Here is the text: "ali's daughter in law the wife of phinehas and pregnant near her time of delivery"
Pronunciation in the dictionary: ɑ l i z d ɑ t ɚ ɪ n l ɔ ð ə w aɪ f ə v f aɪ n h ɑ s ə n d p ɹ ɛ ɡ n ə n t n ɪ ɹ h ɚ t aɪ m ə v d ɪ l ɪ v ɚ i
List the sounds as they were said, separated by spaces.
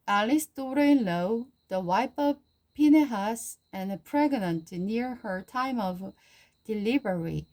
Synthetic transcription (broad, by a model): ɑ l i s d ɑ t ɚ ɪ n l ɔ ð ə w aɪ p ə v p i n h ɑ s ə n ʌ p ɹ ɛ ɡ n ə n t n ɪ ɹ h ɚ t aɪ m ə v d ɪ l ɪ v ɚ i